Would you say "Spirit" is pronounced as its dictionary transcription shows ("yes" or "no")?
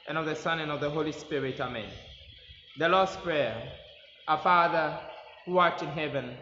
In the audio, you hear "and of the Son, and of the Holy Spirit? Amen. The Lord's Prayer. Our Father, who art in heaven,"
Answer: yes